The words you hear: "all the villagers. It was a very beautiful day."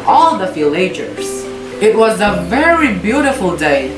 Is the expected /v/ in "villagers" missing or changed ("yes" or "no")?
yes